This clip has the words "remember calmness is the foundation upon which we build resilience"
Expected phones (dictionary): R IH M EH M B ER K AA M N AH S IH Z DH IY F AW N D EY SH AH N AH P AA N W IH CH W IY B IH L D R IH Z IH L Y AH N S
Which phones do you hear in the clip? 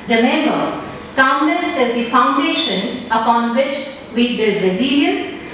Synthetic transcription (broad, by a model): R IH M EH M B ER K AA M L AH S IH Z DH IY F AW N D EY SH AH N AH P AA N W IH CH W IY B IH L D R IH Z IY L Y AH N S